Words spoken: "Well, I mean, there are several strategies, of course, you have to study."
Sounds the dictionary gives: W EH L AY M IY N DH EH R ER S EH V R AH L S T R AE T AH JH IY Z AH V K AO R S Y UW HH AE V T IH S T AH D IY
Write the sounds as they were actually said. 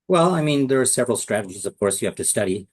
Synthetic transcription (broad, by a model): W EH L AY M IY N DH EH R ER S EH V R L S T R AE T AH JH IY Z AH V K AO R S Y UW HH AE F T IH S T AH D IY